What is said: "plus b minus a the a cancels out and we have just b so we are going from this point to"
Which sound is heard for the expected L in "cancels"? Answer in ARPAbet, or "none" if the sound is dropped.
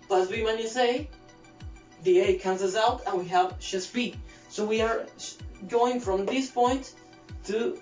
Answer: none